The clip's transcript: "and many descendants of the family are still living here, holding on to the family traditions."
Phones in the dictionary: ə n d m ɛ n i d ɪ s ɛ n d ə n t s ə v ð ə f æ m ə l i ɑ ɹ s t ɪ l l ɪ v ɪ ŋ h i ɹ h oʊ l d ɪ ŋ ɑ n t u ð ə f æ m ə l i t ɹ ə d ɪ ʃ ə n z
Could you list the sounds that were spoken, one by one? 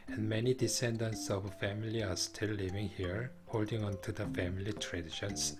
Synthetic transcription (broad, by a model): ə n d m ɛ n i d ɪ s ɛ n d ə n t s ə v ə f æ m ə l i ɑ ɹ s t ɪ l l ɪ v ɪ ŋ h i ɹ h oʊ l d ɪ ŋ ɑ n t u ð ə f æ m ə l i t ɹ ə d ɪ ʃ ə n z